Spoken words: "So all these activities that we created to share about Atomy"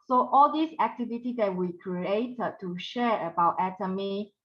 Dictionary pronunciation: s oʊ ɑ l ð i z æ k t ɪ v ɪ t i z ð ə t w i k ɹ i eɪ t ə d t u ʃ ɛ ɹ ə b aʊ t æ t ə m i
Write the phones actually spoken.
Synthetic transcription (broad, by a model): s oʊ ɑ l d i s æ k t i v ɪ t i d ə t w i k ɹ i eɪ t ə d t u ʃ ɛ ɹ ə b aʊ t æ t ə m i